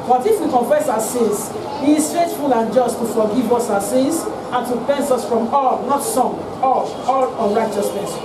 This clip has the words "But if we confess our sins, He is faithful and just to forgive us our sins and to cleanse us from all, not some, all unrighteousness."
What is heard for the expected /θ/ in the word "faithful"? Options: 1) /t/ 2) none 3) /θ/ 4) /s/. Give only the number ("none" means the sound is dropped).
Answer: 4